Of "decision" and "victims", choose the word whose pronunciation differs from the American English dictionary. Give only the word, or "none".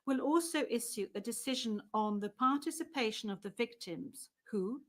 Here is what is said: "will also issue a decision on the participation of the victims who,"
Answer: none